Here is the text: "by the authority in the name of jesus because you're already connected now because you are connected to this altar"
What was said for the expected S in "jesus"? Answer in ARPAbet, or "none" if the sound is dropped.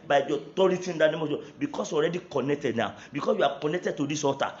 none